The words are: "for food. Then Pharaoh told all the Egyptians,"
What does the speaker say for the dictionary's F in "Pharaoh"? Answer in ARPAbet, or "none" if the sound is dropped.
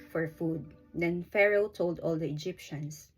F